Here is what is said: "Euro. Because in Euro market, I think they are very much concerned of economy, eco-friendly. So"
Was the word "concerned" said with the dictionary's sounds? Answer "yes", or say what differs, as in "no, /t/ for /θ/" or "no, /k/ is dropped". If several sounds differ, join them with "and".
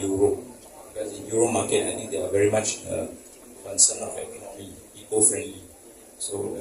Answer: no, /d/ is dropped